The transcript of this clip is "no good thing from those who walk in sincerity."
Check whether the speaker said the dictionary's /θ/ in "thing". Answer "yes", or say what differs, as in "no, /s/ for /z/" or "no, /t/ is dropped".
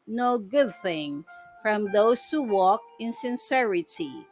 yes